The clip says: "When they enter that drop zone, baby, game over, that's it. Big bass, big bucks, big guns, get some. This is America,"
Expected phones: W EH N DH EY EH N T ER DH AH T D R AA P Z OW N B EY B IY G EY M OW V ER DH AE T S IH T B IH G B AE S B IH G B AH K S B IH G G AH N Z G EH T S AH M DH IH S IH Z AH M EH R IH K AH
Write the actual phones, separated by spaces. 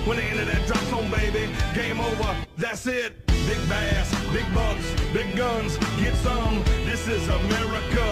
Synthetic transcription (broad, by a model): W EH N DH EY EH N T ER DH AH T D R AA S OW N B EY B IY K EY M OW V ER DH AE T S IH T B IH G B AE S B IH G B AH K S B IH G G AH N Z G EH T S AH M DH IH S IH Z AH M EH R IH K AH